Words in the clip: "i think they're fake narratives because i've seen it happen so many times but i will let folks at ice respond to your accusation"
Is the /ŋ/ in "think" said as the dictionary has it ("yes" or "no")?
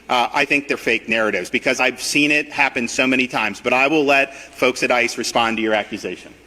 yes